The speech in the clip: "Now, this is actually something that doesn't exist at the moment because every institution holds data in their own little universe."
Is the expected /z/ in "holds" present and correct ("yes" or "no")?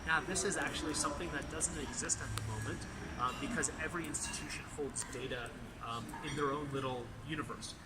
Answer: yes